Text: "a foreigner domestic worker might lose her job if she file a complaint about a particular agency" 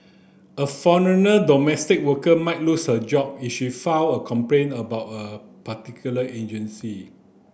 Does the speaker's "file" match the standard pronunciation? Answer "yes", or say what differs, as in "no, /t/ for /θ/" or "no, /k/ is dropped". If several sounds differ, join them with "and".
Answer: no, /w/ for /l/